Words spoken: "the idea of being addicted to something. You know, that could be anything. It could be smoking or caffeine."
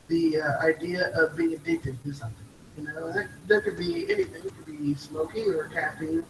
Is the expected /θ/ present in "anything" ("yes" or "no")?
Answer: yes